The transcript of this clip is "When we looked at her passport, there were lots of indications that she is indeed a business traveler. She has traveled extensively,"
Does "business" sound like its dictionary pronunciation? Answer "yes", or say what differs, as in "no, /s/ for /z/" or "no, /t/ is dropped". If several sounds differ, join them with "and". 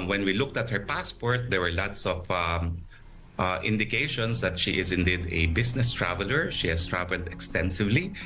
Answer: no, /s/ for /z/